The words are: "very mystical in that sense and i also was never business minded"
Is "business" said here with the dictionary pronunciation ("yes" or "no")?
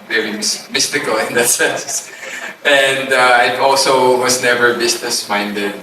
no